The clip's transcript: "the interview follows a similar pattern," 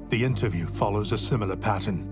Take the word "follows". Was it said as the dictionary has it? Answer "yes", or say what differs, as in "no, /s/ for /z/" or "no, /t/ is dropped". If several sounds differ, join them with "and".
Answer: yes